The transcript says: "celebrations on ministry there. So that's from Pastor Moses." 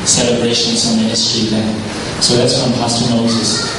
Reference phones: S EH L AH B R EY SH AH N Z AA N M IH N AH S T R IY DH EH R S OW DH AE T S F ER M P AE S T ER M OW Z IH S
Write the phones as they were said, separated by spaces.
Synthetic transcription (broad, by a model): S EH L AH B R EY SH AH N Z AA N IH AH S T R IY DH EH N S OW DH AE T S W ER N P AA S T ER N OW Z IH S